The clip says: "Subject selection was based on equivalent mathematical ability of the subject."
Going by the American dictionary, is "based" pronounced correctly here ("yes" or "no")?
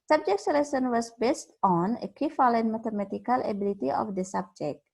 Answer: yes